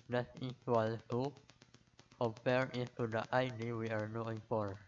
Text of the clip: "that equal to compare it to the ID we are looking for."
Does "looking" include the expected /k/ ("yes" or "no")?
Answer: no